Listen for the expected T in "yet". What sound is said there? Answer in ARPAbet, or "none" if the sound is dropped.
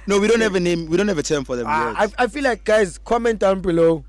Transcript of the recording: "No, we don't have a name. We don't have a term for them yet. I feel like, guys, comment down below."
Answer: none